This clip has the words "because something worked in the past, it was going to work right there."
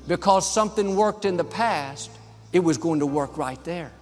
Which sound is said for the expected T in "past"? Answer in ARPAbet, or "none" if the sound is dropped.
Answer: T